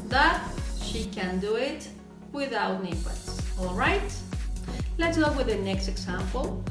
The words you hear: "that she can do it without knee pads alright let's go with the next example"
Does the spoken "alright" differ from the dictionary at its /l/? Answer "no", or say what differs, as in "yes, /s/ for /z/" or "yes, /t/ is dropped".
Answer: no